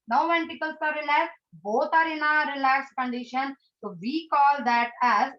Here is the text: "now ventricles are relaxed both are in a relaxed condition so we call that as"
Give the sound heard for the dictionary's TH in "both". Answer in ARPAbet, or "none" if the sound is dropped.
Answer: T